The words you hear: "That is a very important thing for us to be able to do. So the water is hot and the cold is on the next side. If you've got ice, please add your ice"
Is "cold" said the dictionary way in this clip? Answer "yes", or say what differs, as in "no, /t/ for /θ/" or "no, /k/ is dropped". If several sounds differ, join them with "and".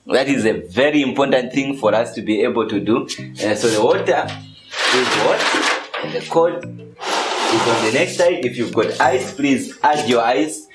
no, /l/ is dropped